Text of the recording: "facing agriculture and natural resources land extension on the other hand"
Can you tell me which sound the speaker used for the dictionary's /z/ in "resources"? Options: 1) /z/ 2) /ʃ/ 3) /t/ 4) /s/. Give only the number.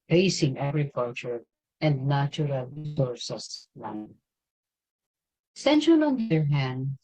4